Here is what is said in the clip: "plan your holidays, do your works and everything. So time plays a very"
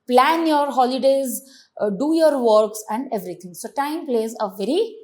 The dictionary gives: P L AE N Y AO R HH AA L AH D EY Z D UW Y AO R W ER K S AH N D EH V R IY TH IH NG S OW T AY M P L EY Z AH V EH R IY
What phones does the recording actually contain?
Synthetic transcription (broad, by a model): P L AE N Y AO R HH AA L AH D EY Z D UW Y AO R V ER K S AH N D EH V R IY T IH NG S OW T AY M P L EY Z AH V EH R IY